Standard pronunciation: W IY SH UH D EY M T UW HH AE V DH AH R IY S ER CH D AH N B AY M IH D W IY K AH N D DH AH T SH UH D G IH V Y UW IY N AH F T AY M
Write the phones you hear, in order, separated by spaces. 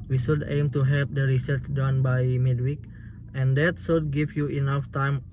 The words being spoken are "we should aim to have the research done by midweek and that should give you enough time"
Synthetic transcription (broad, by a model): W IY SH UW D EY M T UW HH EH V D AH R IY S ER S D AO N B AY M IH D W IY K AH N D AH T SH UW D G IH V Y UW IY N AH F T AY M